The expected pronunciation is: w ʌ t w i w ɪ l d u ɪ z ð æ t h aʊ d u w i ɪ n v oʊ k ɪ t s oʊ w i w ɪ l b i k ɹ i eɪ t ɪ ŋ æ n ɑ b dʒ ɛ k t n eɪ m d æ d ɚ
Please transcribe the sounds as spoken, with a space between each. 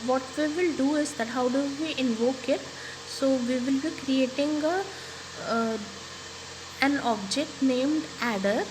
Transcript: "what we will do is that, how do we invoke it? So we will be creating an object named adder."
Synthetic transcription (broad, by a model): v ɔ t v i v ɪ l d u ɪ z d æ t h aʊ d u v i ɪ n v oʊ k ɪ t s oʊ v i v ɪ l b i k ɹ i eɪ t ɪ ŋ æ n ɑ b dʒ ɛ k t n eɪ m d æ d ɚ